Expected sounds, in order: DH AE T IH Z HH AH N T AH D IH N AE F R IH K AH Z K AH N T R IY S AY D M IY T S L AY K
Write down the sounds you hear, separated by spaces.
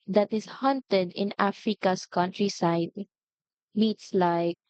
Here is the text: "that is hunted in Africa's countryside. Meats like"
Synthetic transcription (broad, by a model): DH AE T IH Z HH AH N T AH D IH N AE F R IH K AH S K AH N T R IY S AY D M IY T S L AY K